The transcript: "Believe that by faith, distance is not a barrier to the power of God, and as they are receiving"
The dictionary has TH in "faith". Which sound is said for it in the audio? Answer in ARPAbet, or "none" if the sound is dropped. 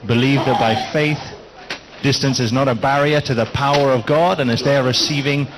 TH